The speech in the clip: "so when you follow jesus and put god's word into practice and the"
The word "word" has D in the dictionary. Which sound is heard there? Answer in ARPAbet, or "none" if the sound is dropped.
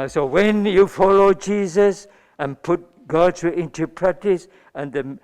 none